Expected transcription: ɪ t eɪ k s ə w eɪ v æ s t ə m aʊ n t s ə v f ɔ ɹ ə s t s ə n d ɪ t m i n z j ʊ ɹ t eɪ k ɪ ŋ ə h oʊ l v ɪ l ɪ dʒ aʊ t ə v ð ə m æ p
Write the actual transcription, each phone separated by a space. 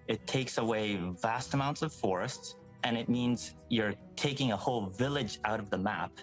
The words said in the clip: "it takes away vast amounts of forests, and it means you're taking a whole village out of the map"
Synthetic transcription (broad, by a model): ɪ t eɪ k s ə w eɪ v æ s t ə m aʊ n t s ə v f ɔ ɹ ə s t s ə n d ɪ t m i n z j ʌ ɹ t eɪ k ɪ ŋ ə h oʊ l v ɪ l ɪ dʒ aʊ t ə v ð ə m æ p